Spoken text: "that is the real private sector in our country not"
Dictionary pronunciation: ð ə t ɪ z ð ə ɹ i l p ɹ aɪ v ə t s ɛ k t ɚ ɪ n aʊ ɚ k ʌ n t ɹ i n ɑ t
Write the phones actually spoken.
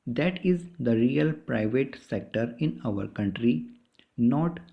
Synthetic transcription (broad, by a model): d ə t ɪ z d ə ɹ i l p ɹ aɪ v ə t s ɛ k t ɚ ɪ n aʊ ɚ k ʌ n t ɹ i n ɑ t